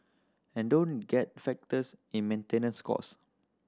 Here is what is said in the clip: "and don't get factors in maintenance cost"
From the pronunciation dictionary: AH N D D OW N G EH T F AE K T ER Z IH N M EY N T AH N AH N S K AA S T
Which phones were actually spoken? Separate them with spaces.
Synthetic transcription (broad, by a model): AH N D D OW N G EH T F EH K T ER S IH N M EY N T AH N AH N S K AA S